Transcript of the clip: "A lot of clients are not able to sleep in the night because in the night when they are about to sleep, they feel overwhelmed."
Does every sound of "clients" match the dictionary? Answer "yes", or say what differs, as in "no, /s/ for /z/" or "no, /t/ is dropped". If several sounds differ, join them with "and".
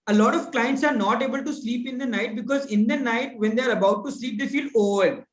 yes